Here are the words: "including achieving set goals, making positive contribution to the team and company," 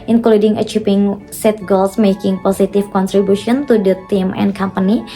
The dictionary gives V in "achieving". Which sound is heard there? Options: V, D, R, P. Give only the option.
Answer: P